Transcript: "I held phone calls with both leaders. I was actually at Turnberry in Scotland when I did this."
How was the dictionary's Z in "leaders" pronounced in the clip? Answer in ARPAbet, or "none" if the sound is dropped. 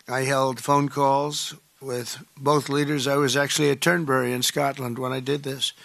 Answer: Z